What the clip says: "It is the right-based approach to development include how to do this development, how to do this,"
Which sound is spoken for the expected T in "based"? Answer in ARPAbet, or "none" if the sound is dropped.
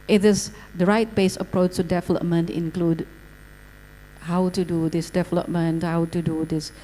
none